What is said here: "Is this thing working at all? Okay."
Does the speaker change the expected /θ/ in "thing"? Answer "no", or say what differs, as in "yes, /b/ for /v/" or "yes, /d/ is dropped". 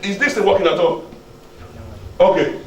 yes, /t/ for /θ/